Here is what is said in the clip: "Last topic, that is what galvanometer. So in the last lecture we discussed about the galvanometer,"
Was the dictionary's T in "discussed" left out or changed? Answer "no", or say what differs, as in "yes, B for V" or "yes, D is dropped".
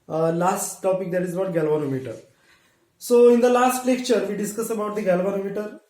yes, T is dropped